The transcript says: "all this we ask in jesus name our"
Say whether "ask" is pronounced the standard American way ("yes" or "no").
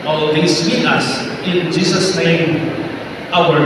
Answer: no